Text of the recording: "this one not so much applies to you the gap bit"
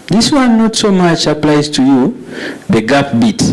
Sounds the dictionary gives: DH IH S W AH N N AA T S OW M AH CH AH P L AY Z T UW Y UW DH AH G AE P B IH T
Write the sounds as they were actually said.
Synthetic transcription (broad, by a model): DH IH S W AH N N AA T S OW M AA CH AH P L AY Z T UW Y UW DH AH G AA F B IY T